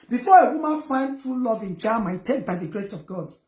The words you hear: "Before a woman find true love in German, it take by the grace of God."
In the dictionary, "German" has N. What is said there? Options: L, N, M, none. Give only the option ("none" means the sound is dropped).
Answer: none